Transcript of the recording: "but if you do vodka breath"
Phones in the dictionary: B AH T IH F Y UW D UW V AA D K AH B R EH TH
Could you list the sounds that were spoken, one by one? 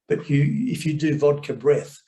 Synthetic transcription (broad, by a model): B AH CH IH F Y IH D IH V AA D K AH B R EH TH